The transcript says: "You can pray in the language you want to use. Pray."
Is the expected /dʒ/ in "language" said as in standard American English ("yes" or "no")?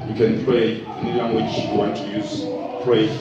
no